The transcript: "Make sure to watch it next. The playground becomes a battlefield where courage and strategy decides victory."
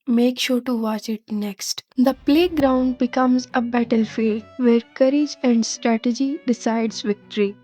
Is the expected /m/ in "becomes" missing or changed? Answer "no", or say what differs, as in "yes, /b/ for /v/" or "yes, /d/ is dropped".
no